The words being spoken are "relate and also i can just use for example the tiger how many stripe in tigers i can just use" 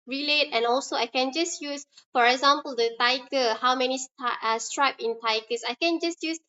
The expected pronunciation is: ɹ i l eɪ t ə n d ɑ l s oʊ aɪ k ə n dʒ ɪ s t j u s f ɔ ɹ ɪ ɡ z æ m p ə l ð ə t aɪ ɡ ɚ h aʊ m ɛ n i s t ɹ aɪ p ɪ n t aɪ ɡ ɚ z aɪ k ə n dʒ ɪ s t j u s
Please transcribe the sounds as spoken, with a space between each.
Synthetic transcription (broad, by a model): ɹ i l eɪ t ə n ɑ l s oʊ aɪ k ə n dʒ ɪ s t j u s f ɔ ɹ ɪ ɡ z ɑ m p ə l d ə t aɪ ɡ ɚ h aʊ m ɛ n i s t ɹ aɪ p ɪ n t aɪ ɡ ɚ s aɪ k ə n dʒ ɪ s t j u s